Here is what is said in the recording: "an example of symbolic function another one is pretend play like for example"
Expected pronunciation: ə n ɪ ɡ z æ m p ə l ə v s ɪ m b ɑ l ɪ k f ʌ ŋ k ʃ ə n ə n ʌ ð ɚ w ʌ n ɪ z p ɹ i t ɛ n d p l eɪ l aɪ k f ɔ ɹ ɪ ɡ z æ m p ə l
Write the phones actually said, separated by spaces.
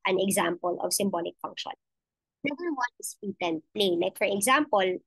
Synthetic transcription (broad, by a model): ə n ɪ ɡ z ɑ m p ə l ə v s ɪ m b ɑ l ɪ k f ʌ ŋ k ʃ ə n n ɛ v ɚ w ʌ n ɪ s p i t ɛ n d p l eɪ l aɪ k f ɔ ɹ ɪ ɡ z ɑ m p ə l